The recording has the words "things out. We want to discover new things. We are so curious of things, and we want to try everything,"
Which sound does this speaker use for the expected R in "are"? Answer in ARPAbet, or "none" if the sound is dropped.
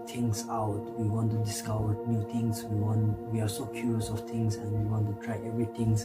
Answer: W